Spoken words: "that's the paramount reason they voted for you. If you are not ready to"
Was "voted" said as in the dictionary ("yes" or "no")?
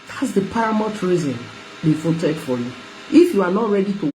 no